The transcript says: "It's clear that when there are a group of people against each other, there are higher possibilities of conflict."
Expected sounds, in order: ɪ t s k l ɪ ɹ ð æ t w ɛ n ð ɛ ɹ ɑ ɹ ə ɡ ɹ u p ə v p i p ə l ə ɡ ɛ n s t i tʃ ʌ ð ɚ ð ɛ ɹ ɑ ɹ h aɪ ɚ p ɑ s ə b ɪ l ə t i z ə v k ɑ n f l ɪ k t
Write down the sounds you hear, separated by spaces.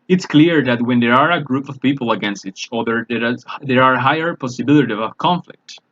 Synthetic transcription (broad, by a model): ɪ t s k l ɪ ɹ ð æ t w ɛ n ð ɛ ɹ ɑ ɹ ə ɡ ɹ u p ə v p i p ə l ə ɡ ɛ n s t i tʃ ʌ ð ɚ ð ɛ ɹ ɑ ɹ h aɪ ɚ p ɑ s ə b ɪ l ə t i ə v k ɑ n f l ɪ k t